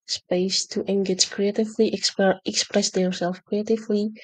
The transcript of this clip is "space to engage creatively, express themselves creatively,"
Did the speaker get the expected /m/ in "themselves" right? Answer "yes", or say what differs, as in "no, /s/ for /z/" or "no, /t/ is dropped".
no, /m/ is dropped